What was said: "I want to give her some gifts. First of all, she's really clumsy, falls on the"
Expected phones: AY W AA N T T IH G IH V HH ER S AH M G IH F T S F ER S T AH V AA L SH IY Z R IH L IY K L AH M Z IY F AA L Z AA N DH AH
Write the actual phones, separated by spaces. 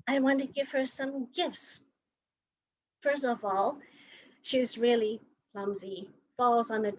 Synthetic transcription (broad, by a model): AY W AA N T T IH G IH V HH ER S AH M G IH F T S F ER S T AH V AA L SH IY Z R IH L IY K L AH M Z IY F AA L Z N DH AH